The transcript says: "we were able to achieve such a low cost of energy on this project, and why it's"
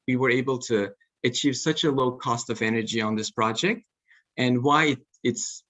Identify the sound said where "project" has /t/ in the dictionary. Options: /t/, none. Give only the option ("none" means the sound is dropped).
/t/